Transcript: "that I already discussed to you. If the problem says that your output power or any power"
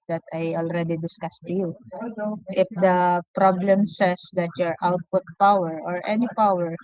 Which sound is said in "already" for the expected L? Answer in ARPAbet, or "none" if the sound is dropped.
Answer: L